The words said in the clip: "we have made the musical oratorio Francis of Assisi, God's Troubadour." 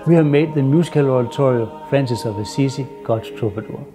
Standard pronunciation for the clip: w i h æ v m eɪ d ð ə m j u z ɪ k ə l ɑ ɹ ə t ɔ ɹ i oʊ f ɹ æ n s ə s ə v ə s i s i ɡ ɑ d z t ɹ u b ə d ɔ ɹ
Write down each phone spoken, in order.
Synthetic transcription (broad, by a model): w i h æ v m eɪ d ð ə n j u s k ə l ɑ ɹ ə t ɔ ɹ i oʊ f ɹ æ n s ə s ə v ə s i s i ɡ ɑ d t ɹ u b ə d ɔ